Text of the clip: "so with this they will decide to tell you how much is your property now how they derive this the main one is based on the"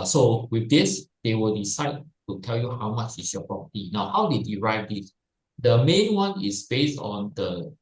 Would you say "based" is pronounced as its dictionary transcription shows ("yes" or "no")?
yes